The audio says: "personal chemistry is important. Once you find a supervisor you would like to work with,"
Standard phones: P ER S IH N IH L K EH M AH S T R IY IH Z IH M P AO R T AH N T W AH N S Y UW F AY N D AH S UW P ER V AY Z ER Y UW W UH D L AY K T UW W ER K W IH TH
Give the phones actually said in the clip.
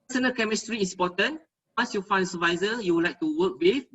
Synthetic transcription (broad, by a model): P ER S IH N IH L K EH M AH S T R IY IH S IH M P AO T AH N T W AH N S Y UW F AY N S AH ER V AY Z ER Y UW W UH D L AY K T UW W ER K W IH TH